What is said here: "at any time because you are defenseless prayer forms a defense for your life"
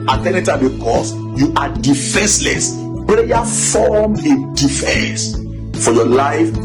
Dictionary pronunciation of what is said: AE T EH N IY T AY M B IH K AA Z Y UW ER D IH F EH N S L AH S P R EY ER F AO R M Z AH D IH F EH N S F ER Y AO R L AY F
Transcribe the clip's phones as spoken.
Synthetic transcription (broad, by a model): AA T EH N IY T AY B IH K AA S Y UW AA D IH F EH N S L AH S P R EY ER F AO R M AH D IH F EH N S F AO Y AO L AY F